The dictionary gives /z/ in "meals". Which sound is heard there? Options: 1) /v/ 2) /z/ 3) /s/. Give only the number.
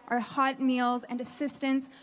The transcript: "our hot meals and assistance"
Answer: 2